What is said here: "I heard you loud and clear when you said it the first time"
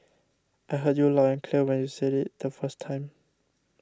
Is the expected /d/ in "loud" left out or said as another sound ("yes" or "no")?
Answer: yes